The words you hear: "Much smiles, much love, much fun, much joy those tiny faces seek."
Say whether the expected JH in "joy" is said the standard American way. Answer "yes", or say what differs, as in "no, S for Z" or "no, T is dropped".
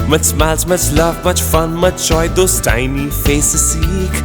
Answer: no, CH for JH